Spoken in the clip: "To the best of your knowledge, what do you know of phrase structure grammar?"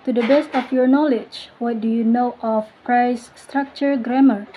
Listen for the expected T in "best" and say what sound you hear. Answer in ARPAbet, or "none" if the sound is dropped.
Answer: T